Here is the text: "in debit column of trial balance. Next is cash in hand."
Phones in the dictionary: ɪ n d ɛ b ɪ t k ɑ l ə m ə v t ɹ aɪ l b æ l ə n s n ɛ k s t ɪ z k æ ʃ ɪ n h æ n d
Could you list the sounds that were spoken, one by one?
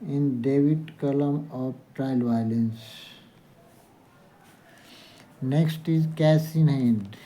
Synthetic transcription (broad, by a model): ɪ n d ɛ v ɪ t k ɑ l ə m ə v t ɹ aɪ l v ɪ l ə n s n ɛ k s t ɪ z k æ s ɪ n h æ n d